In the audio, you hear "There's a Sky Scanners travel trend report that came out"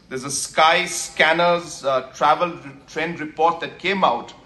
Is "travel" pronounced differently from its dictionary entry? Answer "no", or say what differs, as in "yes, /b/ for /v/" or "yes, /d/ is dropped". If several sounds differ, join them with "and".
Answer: no